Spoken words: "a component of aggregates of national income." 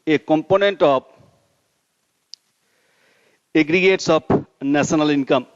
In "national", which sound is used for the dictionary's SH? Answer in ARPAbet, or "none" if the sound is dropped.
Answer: S